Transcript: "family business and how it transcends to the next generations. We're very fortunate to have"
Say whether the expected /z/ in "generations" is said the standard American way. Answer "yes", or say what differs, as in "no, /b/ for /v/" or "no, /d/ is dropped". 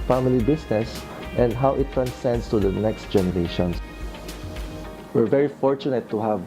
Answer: no, /s/ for /z/